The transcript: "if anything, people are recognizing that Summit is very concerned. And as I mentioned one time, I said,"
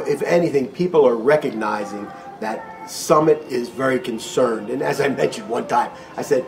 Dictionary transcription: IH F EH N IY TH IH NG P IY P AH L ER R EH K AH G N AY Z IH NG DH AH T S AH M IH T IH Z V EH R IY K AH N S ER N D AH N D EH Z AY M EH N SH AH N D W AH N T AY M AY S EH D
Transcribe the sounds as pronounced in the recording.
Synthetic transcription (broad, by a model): IH F EH N IY TH IH NG P IY P L ER R EH K AH G N AY Z IH NG DH AH T S AH M IH T IH Z V EH R IY K AH N S ER N D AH N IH Z AY M EH N SH AH N D W AH N T AY M AY S EH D